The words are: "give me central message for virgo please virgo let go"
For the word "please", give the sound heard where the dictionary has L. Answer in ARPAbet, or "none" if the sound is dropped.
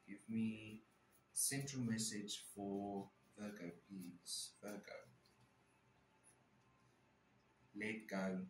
none